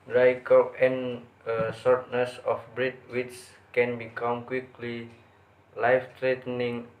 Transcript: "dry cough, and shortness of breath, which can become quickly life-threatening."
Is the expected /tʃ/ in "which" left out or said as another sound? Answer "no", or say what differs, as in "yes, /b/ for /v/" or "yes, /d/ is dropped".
yes, /s/ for /tʃ/